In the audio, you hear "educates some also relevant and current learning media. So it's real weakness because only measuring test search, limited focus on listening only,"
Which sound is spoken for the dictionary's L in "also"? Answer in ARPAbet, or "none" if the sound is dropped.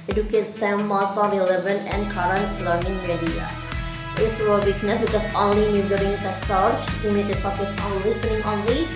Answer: none